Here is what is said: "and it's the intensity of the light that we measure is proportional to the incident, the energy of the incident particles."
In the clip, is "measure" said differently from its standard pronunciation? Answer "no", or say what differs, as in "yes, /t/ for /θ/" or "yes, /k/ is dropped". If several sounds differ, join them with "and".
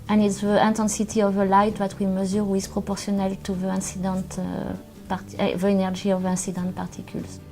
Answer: yes, /z/ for /ʒ/